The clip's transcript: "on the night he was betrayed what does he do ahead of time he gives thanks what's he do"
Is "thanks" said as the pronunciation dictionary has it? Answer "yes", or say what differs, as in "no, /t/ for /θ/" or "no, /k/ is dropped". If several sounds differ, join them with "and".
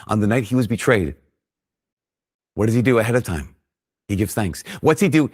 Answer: yes